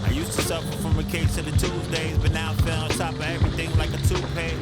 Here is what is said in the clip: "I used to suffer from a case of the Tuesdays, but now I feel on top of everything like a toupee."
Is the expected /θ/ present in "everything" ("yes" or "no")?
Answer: yes